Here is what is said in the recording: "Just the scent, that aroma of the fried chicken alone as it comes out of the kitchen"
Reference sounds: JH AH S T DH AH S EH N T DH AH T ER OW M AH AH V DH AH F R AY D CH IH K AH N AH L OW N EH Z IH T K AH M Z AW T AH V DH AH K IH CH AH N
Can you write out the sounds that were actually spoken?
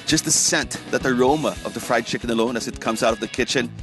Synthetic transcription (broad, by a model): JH AH S T DH AH S EH N T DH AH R OW M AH AH V DH AH F R AY D CH IH K AH N AH L OW N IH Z IH T K AH M Z AW T AH V DH AH K IH CH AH N